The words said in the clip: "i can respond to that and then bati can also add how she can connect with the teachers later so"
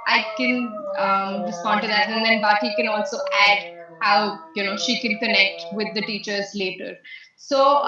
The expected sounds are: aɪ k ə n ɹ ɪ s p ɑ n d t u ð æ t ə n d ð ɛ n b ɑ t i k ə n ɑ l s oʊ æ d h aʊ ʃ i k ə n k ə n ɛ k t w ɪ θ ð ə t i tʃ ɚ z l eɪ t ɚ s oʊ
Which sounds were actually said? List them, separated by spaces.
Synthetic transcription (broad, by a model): aɪ k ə n ɹ ɪ s p ɑ n d t u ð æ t ə n d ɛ n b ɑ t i k ə n ɑ l s oʊ æ d h aʊ ʃ i k ə n k ə n ɛ k t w ɪ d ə t i tʃ ɚ z l eɪ t ɚ s oʊ